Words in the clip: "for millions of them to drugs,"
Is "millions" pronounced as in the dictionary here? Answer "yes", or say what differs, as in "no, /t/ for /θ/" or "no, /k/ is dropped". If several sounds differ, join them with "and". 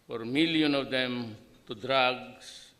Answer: no, /z/ is dropped